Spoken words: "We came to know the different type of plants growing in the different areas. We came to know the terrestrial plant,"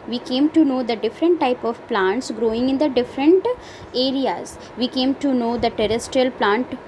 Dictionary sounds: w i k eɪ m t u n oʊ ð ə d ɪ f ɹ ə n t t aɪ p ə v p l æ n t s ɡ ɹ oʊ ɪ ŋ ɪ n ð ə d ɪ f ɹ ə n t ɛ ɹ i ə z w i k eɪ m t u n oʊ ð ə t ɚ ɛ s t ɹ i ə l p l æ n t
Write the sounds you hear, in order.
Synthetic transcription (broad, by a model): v i k eɪ m t u n oʊ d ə d ɪ f ɹ ə n t t aɪ p ə v p l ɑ n t s ɡ ɹ oʊ ɪ ŋ ɪ n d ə d ɪ f ɹ ə n t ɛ ɹ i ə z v i k eɪ m t u n oʊ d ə t ɚ ɛ s t ɹ i ə l p l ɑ n t